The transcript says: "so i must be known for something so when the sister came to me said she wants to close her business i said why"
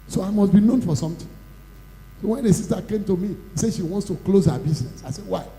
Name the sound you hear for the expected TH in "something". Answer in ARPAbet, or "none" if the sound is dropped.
T